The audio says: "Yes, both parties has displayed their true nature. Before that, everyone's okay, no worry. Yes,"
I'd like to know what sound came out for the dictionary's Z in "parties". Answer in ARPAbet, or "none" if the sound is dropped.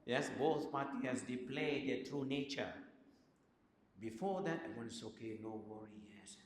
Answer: none